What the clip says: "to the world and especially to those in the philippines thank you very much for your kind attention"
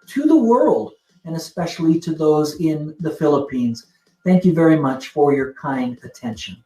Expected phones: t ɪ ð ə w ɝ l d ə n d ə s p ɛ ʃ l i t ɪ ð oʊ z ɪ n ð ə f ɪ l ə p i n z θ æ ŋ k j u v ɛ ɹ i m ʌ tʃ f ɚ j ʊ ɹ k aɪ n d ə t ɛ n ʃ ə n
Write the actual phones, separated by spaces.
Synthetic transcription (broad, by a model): t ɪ ð ə w ɝ l d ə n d ə s p ɛ ʃ l i t ɪ ð oʊ z ɪ n ð ə f ɪ l ə p i n z θ æ ŋ k j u v ɛ ɹ i m ʌ tʃ f ɚ j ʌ ɹ k aɪ n d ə t ɛ n ʃ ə n